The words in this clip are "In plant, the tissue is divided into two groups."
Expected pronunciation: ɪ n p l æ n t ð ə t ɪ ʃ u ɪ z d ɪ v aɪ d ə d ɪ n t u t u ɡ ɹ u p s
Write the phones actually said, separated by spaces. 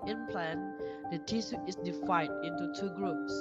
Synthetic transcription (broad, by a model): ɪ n p l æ n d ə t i s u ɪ s d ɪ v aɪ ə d ɪ n t u t u ɡ ɹ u p s